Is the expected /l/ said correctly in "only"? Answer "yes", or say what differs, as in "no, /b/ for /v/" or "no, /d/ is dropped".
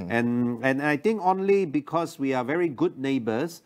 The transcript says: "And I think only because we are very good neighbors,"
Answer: yes